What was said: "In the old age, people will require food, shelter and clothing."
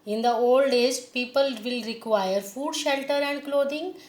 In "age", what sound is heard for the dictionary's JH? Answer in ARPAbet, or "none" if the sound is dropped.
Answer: Z